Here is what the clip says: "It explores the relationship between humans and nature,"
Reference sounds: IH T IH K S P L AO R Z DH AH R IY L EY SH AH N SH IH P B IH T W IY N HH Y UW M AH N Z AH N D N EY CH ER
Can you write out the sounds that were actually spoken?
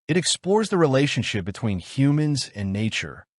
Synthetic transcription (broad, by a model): IH T IH K S P L AO R Z DH AH R IY L EY SH AH N SH IH P B IH T W IY N HH Y UW M AH N Z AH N N EY CH ER